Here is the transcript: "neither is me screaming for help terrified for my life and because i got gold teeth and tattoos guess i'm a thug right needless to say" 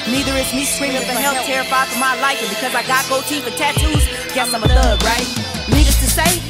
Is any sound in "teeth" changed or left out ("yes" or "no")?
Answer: yes